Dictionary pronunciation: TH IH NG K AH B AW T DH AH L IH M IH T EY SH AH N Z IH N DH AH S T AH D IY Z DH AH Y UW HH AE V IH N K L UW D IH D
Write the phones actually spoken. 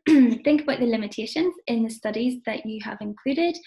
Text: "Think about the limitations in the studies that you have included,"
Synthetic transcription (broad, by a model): TH IH NG K AH B AW T DH AH L IH M IH T EY SH AH N Z IH N DH AH S T AH D IY Z DH AH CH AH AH V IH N K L UW D IH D